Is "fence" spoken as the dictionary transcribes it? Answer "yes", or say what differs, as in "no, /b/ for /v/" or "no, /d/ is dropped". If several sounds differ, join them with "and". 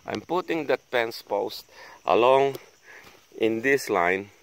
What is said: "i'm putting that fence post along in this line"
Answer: no, /p/ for /f/